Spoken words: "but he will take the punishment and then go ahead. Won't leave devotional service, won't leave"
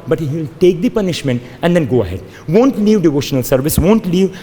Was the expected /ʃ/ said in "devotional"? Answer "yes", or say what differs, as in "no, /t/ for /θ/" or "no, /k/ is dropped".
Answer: yes